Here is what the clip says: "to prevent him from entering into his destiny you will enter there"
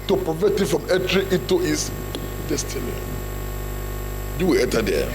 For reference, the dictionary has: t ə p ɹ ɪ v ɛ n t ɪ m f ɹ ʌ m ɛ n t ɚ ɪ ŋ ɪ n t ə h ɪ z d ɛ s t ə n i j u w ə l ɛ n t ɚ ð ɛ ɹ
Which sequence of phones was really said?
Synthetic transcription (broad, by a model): t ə p ɹ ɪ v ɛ t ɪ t f ɹ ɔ m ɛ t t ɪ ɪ t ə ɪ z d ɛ s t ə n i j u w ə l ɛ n t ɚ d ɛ